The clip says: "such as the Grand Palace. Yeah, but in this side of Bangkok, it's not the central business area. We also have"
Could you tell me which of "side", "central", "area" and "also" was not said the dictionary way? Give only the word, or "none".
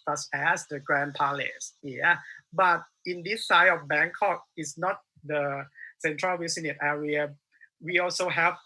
side